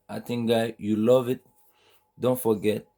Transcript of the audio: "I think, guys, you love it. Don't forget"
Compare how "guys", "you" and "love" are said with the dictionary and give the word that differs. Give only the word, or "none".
guys